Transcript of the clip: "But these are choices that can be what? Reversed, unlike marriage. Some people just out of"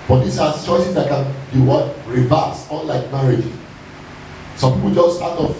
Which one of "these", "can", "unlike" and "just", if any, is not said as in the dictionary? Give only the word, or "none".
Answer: these